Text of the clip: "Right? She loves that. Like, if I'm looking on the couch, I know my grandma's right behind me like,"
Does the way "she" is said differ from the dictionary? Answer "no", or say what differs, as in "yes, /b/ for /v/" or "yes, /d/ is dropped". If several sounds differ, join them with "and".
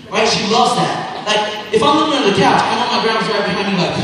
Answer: no